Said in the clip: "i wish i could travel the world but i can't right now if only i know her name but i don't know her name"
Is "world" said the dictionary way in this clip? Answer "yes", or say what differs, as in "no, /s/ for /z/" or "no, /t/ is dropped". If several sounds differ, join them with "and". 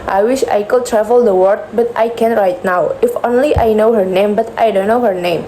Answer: no, /l/ is dropped